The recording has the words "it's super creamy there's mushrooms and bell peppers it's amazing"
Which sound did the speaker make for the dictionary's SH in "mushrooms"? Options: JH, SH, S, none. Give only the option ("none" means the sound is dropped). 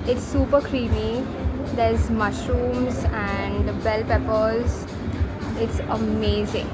SH